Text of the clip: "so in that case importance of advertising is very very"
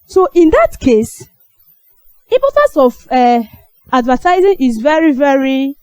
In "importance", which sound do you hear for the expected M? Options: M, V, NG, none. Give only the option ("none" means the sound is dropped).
none